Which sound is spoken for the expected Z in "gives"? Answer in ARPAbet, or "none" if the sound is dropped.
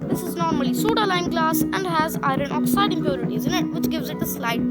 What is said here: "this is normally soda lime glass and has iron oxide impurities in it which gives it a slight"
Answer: Z